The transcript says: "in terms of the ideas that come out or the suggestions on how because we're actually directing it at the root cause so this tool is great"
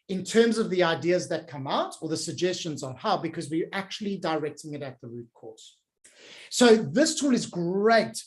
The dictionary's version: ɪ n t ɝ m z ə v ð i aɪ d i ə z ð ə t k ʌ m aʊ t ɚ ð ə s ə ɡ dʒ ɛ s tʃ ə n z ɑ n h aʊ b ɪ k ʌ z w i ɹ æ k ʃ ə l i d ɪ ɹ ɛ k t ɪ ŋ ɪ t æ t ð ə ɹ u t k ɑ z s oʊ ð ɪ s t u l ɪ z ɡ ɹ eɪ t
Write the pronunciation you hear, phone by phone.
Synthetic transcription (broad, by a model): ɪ n t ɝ m z ə v ð i aɪ d i ə z ð ə t k ʌ m aʊ t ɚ ð ə s ə ɡ dʒ ɛ s tʃ ə n z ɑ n h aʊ b ɪ k ʌ z w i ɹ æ k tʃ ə l i d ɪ ɹ ɛ k t ɪ ŋ ɪ t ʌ t ð ə ɹ u t k ɑ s s oʊ ð ɪ s t u l ɪ z ɡ ɹ eɪ t